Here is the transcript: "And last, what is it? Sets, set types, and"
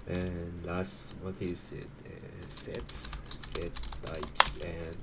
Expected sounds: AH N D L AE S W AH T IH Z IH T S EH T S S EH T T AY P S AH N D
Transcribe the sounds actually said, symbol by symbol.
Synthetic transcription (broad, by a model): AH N L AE S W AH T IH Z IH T S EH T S S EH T T AY P S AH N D